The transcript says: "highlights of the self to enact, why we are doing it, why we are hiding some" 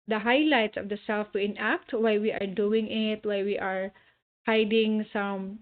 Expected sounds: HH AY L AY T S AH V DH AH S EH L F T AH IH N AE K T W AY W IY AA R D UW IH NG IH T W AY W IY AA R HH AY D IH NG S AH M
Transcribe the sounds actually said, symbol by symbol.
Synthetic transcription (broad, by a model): HH AY L AY T S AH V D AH S EH L F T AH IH N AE K T W AY W IY AA R D UW IH NG IH T W AY W IY AA R HH AY D IH NG S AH M